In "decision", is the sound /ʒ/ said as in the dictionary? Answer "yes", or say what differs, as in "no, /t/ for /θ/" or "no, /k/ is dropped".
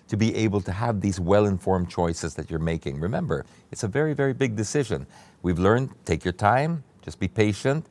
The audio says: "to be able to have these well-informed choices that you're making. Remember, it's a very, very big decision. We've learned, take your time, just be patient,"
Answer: yes